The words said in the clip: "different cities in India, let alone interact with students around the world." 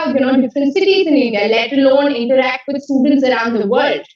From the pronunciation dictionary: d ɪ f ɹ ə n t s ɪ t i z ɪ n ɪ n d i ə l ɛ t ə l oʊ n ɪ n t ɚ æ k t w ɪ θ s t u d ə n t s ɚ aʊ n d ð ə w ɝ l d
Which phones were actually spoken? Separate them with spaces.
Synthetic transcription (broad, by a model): d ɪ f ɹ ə n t s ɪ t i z ɪ n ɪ d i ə l ɛ t ə l oʊ n ɪ n t ɚ æ k t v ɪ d s t u d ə n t s ɚ aʊ n d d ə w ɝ l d